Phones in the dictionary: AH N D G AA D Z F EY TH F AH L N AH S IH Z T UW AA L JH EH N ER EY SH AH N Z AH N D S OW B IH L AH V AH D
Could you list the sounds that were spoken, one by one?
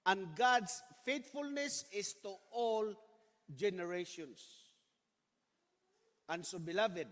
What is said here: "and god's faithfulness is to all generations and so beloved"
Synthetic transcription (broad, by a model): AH N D G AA D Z F EY T F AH L N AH S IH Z T UW AA L JH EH N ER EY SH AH N S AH N S OW B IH L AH V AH D